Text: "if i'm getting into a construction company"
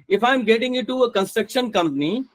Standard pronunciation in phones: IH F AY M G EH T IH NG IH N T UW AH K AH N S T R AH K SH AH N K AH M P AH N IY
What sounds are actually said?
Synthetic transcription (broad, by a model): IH F AY M G EH T IH NG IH T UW AH K AH N S T R AH K SH AH N K AH M P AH N IY